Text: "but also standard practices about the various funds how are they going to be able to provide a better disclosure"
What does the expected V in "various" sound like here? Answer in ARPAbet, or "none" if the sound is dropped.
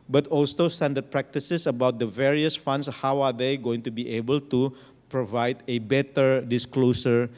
V